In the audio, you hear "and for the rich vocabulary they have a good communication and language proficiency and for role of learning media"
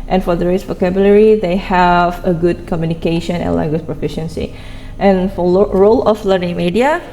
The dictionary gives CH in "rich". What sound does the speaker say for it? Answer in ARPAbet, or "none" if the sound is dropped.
S